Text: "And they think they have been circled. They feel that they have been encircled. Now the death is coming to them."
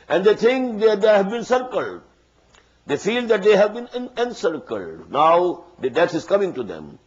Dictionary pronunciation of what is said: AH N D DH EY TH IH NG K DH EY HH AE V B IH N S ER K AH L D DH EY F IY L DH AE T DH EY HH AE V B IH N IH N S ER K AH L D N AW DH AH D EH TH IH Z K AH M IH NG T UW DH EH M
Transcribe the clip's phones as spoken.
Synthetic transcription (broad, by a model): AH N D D EY T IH NG K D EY HH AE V B IH N S ER K AH L D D EY F IY L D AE T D EY HH AE V B IH N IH N S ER K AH L D N AW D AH D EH T IH Z K AH M IH NG T UW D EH M